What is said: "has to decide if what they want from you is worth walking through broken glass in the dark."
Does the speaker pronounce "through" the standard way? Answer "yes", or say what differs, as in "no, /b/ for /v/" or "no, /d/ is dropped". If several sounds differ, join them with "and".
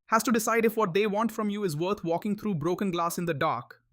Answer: no, /t/ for /θ/